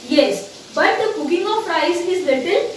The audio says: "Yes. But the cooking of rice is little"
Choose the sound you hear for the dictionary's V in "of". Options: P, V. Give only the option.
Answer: P